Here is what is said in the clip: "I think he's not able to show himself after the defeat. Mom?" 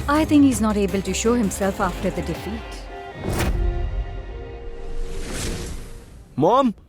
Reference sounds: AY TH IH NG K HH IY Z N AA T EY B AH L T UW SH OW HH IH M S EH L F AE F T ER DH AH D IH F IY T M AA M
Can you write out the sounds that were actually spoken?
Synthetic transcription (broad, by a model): AY T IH NG K HH IY Z N AA T EY B AH L T UW SH OW HH IH M S EH L F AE F T ER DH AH D IH F IY T M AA M